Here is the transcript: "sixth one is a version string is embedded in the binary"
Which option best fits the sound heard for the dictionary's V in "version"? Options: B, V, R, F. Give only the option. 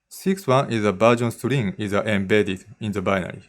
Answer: B